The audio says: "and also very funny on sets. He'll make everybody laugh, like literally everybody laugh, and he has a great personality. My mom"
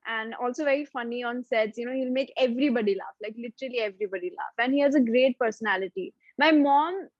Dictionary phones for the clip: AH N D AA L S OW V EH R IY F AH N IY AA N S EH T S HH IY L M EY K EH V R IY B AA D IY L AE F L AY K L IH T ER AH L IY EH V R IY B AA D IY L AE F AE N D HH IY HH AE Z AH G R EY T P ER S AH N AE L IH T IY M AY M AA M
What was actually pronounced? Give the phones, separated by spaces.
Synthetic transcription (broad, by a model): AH N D AA L S OW V EH R IY F AH N IY AA N S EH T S HH IY L M EY K EH V R IY B AA D IY L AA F L AY K L IH T ER AH L IY EH V R IY B AA D IY L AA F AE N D HH IY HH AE Z AH G R EY T P ER S AH N AE L IH T IY M AY M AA M